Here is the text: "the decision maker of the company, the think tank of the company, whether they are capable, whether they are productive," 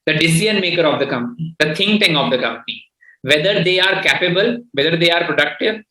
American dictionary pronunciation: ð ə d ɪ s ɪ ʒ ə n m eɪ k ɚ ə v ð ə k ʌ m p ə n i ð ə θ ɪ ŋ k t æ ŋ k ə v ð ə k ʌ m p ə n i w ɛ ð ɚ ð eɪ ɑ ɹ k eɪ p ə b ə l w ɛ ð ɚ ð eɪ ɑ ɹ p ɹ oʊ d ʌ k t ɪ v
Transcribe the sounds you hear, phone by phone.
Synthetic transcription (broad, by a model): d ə d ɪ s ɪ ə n m eɪ k ɚ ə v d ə k ʌ m p ə n i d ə t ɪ ŋ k t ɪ ŋ ə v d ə k ʌ m p ə n i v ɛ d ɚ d eɪ ɑ ɹ k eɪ p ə b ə l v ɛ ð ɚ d eɪ ɑ ɹ p ɹ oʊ d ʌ k t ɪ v